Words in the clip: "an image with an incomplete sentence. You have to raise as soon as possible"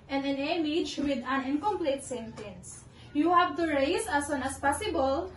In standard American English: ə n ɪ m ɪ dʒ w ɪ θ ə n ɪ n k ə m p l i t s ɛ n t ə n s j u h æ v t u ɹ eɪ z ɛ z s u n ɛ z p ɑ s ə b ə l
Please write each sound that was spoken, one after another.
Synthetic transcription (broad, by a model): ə n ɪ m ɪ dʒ w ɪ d ə n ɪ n k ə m p l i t s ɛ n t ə n s j u h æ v t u ɹ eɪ s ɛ s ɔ n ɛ s p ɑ s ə b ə l